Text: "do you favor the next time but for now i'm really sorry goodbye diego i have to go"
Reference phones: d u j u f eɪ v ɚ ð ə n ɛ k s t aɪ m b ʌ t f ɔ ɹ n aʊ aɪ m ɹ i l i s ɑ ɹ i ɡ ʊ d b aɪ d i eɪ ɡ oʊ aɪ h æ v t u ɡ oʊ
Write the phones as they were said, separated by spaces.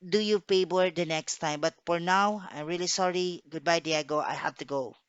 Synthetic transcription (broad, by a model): d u j u p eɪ b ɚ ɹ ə n ɛ k s t aɪ m b ʌ t f ɔ ɹ n aʊ aɪ m ɹ i l i s ɑ ɹ i ɡ ʊ d b aɪ d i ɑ ɡ oʊ aɪ h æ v t u ɡ oʊ